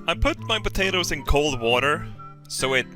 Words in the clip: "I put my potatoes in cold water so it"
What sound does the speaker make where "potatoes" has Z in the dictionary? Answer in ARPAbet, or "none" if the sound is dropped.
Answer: Z